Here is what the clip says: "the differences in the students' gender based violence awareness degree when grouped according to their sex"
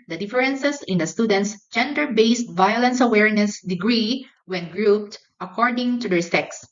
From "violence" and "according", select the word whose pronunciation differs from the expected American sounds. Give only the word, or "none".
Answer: none